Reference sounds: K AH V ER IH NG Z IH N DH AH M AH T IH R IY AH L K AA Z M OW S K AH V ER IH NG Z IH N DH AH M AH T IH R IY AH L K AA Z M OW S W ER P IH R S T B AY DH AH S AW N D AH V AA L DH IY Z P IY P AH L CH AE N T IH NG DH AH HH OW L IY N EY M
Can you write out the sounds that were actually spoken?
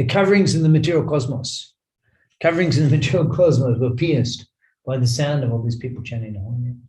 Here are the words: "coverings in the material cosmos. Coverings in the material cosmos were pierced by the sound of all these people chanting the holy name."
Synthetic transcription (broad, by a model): K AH V ER IH NG Z IH N DH AH M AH T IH R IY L K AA Z M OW S K AH V ER IH NG Z IH N DH AH M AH T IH R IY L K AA Z M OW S W ER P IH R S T B AY DH AH S AW N D AH V AA L DH IY Z P IY P L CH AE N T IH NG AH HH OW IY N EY